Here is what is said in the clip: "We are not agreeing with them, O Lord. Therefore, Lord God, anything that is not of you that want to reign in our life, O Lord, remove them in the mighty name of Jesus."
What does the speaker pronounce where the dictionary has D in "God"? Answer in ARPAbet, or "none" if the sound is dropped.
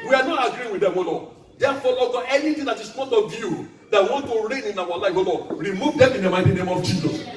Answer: none